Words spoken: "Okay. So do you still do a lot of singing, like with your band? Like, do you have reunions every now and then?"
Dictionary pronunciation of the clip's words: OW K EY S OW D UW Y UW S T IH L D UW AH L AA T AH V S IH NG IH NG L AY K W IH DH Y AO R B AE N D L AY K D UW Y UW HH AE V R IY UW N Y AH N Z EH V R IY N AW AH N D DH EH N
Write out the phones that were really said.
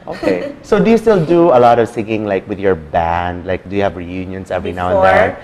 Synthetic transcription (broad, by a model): OW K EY S OW D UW Y UW S T IH L D UW AH L AA T AH V S IH NG IH NG L AY K W IH DH Y AO R B AE N D L AY K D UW Y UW HH AE V R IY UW N Y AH N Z EH V R IY N AW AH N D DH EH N